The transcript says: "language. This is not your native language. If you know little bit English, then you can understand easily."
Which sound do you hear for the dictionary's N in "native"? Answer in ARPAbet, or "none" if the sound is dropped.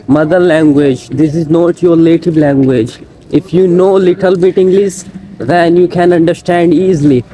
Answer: L